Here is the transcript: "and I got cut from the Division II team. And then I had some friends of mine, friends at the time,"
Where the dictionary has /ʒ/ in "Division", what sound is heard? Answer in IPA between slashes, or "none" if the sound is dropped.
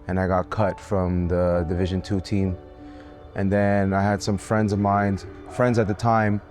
/ʒ/